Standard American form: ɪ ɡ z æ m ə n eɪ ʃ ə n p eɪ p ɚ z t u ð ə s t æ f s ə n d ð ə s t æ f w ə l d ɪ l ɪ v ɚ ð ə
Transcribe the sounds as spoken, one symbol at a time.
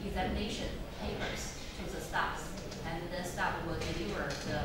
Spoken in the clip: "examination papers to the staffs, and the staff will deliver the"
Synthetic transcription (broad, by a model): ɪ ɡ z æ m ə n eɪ ʃ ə n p eɪ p ɚ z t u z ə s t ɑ p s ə n ð ə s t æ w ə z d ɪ n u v ɚ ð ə